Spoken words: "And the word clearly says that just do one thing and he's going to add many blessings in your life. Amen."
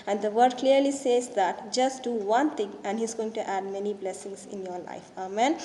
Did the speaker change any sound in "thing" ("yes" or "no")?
yes